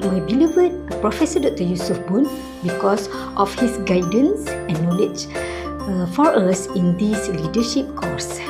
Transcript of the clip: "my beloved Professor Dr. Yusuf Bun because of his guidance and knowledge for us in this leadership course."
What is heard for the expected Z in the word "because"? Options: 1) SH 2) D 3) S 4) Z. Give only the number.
3